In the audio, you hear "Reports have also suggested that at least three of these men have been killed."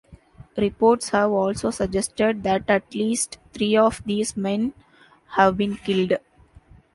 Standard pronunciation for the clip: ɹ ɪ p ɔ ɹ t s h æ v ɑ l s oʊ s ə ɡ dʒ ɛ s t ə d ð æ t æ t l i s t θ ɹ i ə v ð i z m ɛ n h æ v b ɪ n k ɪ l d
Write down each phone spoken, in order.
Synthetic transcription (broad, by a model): ɹ ɪ p ɔ ɹ t s h æ v ɑ l s oʊ s ə ɡ dʒ ɛ s t ə d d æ t æ t l i s t t ɹ i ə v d i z m ɛ n h æ v b ɪ n k ɪ l d